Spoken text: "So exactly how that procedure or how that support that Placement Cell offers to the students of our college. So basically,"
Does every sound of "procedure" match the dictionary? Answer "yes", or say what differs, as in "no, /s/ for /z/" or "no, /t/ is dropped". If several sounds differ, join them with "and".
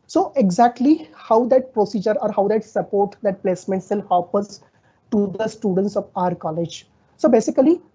yes